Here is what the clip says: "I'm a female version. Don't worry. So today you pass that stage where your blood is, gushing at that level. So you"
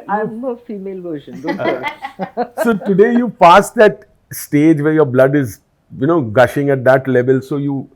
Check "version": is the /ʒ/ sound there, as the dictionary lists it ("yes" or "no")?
no